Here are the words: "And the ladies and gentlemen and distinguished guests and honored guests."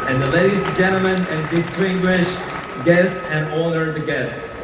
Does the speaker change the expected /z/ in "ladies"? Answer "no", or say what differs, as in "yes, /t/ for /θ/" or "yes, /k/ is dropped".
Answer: yes, /z/ is dropped